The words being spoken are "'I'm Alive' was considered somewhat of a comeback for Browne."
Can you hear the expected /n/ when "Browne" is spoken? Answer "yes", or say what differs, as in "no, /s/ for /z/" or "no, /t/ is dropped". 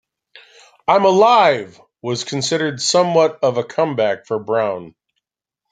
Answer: yes